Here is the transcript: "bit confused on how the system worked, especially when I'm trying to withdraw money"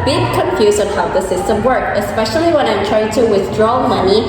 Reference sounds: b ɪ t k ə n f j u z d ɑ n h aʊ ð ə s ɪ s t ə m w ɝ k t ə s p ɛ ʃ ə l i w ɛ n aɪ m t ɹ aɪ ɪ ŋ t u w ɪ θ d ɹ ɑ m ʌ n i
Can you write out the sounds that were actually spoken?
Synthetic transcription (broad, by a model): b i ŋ k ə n f j u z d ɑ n h aʊ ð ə s ɪ s t ə m w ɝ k ə s p ɛ ʃ ə l i w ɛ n aɪ m t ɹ aɪ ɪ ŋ t u w ɪ θ d ɹ ɑ m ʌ n i